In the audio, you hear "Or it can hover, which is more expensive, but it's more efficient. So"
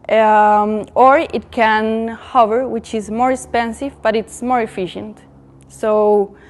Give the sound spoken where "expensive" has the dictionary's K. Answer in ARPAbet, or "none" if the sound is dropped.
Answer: K